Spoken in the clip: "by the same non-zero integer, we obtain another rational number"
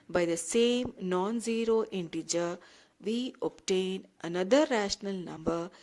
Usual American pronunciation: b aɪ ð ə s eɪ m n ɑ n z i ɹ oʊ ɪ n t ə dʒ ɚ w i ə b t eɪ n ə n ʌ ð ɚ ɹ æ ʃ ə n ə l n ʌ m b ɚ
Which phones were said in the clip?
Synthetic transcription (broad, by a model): b aɪ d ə s eɪ m n ɑ n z i ɹ oʊ ɪ n t ə dʒ ɚ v i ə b t eɪ n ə n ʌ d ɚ ɹ æ ʃ ə n ə l n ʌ m b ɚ